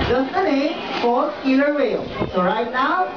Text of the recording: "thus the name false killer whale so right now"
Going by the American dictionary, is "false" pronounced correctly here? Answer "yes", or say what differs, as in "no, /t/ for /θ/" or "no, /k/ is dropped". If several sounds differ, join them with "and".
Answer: no, /l/ is dropped